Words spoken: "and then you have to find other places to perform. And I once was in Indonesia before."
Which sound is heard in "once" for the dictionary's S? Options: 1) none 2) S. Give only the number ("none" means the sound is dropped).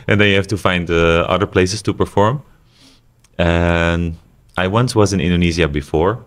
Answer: 2